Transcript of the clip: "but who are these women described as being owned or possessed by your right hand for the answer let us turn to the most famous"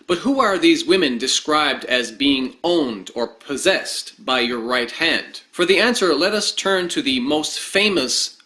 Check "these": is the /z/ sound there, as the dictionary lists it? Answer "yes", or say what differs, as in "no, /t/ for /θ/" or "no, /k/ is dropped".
yes